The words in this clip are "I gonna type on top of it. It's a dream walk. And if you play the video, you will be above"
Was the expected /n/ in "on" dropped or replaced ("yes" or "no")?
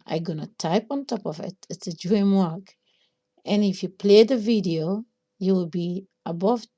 no